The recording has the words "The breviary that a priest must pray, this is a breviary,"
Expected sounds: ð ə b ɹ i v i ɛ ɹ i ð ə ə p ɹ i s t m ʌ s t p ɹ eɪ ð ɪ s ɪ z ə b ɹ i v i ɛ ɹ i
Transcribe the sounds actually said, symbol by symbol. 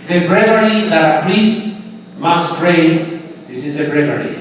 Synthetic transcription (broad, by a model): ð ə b ɹ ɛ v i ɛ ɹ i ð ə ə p l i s m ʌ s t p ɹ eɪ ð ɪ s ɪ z ə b ɹ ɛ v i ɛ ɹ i